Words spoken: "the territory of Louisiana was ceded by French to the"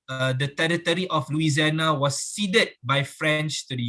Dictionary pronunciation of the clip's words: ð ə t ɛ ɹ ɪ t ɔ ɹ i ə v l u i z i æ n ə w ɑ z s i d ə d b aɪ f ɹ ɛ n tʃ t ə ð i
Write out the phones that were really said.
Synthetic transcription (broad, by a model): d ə t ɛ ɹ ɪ t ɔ ɹ i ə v l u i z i n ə w ɑ s i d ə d b aɪ f ɹ ɛ n tʃ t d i